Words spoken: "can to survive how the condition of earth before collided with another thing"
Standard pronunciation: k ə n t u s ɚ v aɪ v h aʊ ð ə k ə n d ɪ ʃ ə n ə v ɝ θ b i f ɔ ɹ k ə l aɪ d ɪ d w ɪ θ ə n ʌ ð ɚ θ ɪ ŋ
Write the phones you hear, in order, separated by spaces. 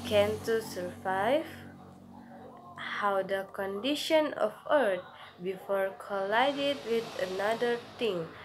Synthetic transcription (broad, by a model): k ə n t u s ɚ v aɪ v h aʊ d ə k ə n d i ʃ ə n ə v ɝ t b i f ɔ ɹ k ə l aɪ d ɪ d w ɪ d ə n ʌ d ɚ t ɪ ŋ